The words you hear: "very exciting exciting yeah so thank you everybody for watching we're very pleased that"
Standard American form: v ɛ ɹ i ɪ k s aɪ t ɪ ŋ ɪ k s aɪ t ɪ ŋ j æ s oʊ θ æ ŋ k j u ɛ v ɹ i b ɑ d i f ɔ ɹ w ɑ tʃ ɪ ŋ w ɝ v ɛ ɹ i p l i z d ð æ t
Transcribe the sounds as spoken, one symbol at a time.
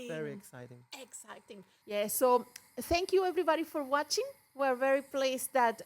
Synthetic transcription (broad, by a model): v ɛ ɹ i ɪ k s aɪ t ɪ ŋ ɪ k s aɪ t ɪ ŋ j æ s oʊ θ æ ŋ k j u ɛ v ɹ i b ɑ d i f ɔ ɹ w ɑ tʃ ɪ ŋ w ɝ v ɛ ɹ i p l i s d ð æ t